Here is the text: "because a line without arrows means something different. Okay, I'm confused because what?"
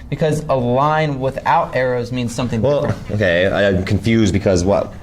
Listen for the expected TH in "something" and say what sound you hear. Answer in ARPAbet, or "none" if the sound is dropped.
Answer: TH